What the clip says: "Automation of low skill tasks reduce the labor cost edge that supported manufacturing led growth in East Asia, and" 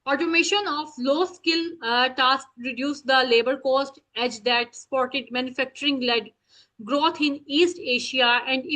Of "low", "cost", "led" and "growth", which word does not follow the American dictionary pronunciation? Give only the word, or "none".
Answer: growth